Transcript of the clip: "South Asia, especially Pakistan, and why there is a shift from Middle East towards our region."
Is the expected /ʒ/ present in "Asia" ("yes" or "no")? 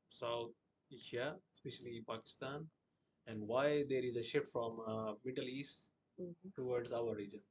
no